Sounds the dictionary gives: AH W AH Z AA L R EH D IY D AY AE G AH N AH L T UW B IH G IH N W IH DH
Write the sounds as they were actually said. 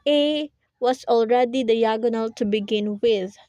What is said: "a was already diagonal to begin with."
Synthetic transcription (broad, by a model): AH W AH S AA L R EH D IY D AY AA G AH N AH L T UW B IH G IH N W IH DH